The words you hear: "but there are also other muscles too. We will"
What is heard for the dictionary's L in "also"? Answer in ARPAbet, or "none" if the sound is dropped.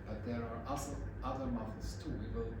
none